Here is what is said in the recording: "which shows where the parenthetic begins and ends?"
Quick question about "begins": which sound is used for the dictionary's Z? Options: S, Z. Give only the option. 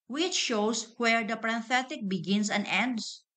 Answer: S